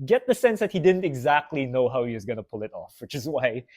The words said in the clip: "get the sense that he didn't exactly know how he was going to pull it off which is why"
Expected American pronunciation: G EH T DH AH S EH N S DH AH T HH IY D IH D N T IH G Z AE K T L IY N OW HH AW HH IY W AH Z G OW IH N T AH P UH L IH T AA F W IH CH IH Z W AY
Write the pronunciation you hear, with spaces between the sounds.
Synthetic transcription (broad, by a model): G EH T DH AH S EH N S DH AH T HH IY D IH D N T IH G Z AE K T L IY N OW HH AW HH IY W AH Z G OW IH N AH P UH L IH T AA F W IH CH IH Z W AY